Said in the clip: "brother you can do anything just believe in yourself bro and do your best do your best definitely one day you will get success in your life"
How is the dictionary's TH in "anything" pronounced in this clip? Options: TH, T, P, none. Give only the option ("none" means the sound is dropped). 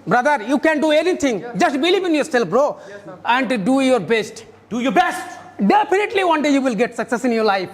T